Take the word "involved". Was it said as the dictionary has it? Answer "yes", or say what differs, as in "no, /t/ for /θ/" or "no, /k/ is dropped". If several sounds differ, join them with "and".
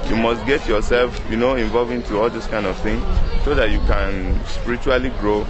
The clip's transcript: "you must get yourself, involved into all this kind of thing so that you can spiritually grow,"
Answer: no, /d/ is dropped